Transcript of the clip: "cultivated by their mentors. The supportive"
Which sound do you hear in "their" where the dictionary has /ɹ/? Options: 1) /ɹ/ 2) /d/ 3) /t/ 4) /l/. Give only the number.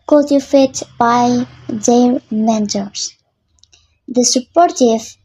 4